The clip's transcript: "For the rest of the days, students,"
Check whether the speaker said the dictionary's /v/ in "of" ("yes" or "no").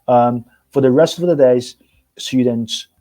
yes